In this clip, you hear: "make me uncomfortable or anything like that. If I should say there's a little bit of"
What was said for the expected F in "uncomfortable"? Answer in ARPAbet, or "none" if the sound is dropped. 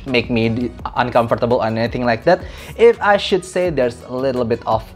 F